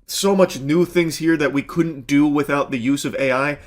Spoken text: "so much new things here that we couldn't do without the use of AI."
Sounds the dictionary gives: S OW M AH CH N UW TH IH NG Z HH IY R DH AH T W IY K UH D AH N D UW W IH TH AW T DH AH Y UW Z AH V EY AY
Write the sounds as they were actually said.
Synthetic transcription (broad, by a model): S OW M AH CH N UW TH IH NG Z HH IY R DH AH T W IY K UH D N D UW W IH TH AW T DH AH Y UW Z AH V EY AY